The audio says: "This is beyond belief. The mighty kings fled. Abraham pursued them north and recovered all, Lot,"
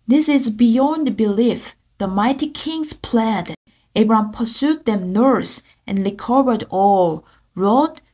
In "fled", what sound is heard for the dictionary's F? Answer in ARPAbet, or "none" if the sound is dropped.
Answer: P